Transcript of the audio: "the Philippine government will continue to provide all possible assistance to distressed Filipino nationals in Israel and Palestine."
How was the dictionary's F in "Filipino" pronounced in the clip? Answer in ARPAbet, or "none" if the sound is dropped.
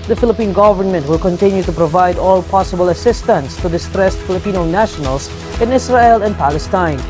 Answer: F